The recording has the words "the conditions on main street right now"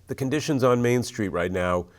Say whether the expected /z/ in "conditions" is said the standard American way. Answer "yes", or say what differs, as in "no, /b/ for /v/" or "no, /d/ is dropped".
yes